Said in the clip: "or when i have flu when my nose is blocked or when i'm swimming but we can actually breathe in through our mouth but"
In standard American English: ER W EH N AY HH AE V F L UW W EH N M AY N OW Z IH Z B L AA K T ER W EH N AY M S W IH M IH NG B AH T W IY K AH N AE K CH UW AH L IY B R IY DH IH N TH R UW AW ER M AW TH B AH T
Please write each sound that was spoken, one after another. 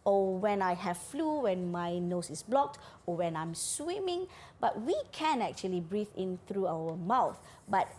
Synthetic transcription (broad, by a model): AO W EH N AY HH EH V F L UW W EH N M AY N OW S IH S B L AA K T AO W EH N AY M S W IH M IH NG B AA T W IY K AH N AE K CH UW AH L IY B R IY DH IH N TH R UW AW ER M AW TH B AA T